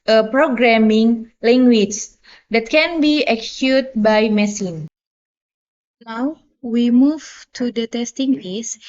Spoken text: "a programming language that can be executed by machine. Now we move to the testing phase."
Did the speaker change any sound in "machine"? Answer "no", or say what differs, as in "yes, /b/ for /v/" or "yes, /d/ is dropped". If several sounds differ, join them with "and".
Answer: yes, /s/ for /ʃ/